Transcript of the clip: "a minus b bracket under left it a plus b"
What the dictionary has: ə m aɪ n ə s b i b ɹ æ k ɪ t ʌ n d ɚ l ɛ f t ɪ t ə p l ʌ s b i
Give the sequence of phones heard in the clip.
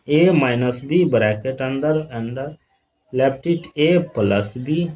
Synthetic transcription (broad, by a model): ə m aɪ n ə s b i b ɹ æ k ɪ t ʌ n d ɚ l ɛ p t ɪ t ə p l ʌ s b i